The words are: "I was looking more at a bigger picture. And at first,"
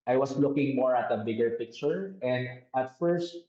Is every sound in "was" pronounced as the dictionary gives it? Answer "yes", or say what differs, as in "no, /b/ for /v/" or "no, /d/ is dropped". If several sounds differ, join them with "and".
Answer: no, /s/ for /z/